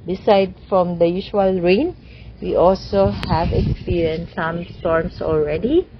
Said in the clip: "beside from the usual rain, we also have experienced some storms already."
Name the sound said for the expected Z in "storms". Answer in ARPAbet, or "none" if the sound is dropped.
S